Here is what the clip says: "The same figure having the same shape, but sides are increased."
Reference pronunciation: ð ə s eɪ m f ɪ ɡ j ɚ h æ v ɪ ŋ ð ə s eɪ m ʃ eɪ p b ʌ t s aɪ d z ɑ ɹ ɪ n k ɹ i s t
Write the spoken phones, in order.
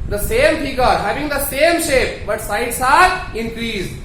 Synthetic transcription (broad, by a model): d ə s eɪ m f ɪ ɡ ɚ h æ v ɪ ŋ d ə s eɪ m ʃ eɪ p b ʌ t s aɪ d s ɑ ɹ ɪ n k ɹ i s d